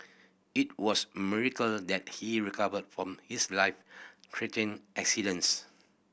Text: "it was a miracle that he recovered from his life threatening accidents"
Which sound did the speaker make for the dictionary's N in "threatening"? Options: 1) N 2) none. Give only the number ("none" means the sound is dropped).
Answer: 2